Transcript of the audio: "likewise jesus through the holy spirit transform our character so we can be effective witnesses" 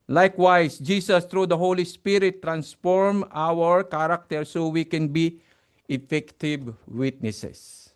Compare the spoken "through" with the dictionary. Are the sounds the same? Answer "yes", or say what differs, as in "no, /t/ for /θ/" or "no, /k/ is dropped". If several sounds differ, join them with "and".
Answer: no, /t/ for /θ/